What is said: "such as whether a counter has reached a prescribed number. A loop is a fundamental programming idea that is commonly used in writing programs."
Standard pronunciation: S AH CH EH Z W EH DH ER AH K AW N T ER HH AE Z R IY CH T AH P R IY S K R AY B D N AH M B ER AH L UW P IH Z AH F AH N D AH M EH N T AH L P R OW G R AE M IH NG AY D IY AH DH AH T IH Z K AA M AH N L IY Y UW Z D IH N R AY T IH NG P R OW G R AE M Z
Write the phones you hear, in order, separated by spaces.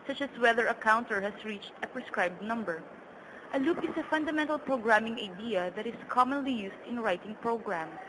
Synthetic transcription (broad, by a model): S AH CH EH S W EH DH ER AH K AW N T ER HH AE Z R IY CH T AH P R IY S K R AY B D N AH M B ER AH L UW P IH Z AH F AH N D AH M EH N T AH L P R OW G R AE M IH NG AY D IY AH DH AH T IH S K AA M AH N L IY Y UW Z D IH N R AY T IH NG P R OW G R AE M